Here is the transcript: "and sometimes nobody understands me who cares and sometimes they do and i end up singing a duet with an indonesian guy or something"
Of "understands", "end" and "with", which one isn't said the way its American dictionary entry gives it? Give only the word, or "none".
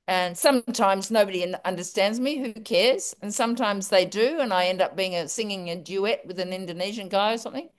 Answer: none